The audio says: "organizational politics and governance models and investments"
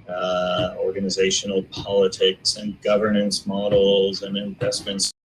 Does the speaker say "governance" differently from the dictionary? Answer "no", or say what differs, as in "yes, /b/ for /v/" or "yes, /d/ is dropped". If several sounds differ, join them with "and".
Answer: no